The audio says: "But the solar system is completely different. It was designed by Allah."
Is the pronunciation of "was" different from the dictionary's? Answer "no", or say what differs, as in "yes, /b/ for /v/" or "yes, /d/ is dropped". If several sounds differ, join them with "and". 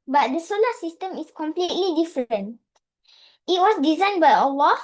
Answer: yes, /s/ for /z/